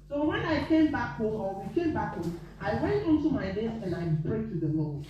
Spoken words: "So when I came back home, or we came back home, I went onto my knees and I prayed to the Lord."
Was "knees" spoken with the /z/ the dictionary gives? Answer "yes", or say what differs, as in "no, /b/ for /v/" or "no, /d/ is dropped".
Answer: no, /z/ is dropped